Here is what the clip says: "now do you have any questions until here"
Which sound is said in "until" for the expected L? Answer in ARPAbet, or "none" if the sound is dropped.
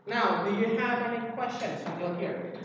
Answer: N